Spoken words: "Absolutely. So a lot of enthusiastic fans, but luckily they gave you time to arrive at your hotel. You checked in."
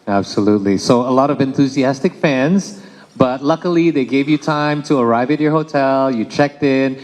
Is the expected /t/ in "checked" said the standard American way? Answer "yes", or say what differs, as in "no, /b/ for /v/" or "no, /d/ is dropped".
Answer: yes